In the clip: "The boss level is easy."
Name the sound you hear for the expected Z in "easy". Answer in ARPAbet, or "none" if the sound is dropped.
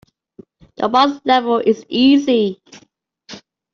Z